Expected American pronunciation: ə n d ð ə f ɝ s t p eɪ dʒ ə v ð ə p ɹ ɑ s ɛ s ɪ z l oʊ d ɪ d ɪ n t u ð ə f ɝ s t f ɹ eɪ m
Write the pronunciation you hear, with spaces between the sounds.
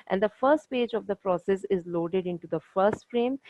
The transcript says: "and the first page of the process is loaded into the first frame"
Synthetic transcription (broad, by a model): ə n d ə f ɝ s t p eɪ dʒ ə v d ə p ɹ ɑ s ɛ s ɪ z l oʊ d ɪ d ɪ n t u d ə f ɝ s t f ɹ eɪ m